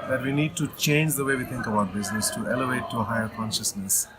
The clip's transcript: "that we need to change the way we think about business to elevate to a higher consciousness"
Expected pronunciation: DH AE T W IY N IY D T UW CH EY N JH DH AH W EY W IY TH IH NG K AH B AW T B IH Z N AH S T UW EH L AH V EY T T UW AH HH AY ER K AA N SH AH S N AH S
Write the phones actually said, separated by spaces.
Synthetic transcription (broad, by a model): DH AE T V IY N IY D T UW CH EY N JH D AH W EY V IY T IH NG K AH B AW T B IH Z N AH S T UW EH L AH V EY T T UW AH HH AY ER K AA N SH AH S N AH S